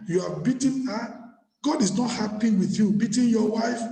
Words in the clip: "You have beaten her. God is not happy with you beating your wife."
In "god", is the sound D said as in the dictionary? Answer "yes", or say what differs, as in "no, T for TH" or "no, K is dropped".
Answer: yes